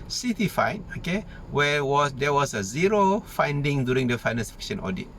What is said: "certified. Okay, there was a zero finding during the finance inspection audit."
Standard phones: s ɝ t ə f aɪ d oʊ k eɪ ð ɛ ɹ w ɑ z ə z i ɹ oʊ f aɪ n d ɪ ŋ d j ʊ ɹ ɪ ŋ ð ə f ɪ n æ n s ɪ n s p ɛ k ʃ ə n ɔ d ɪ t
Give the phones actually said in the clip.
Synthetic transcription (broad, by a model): s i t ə f aɪ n oʊ k eɪ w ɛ w w ɑ s ə z i ɹ oʊ f aɪ n d ɪ ŋ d j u ɹ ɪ ŋ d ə f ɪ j n ɪ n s f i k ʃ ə n ɔ d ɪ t